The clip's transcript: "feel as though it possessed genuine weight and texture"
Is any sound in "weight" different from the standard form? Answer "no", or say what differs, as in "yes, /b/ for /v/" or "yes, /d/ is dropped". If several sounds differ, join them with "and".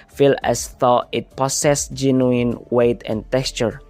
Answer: no